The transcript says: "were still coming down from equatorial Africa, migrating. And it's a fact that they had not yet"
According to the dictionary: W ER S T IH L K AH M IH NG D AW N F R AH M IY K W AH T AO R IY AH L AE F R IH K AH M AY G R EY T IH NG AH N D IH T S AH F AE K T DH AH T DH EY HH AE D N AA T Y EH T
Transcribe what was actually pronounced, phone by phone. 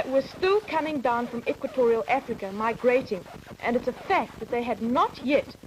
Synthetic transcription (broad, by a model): W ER S T IH L K AH M IH NG D AW N F R AH M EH K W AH T AO R IY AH L AE F R IH K AH M AY G R EY T IH NG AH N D IH T S AH F AE K T DH AH T DH EY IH D N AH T Y EH T